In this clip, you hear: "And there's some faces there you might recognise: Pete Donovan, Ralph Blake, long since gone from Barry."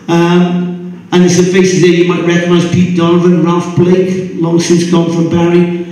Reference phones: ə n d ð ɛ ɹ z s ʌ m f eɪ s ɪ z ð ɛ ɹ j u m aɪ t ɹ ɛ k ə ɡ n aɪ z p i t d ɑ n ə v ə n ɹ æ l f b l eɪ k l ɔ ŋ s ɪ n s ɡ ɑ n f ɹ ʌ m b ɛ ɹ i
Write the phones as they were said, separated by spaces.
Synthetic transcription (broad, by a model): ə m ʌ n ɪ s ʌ f eɪ s ɪ z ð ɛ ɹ j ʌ m aɪ t ɹ ɛ k ə ɡ n aɪ z p i t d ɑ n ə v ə n ɹ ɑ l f b l eɪ k l ɔ ŋ s ɪ n s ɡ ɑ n f ɹ ʌ m b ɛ ɹ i